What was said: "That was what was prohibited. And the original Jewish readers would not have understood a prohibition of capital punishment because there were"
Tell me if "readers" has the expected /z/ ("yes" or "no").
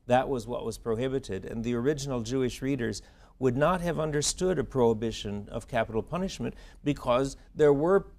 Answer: yes